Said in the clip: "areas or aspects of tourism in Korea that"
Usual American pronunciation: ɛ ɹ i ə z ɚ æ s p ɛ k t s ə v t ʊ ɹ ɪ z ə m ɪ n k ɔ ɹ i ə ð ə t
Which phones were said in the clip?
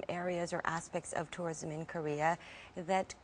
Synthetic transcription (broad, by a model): ɛ ɹ i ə z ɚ æ s p ɛ k t s ə v t ʊ ɹ ɪ z ə m ɪ n k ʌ ɹ i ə ð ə t